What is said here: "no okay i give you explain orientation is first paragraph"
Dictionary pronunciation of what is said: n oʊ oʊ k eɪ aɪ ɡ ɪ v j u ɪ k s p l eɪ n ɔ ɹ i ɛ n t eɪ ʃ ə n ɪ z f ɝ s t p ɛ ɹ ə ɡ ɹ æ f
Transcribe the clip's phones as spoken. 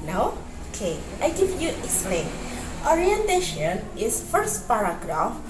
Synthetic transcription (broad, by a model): n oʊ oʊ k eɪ aɪ ɡ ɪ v j u ɪ k s p l eɪ n ɔ ɹ i ɛ n t eɪ ʃ ə n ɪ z f ɝ s t p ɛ ɹ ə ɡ ɹ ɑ f